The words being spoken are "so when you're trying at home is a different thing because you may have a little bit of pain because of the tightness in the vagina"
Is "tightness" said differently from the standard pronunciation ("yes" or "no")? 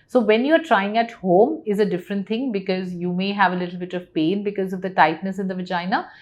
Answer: no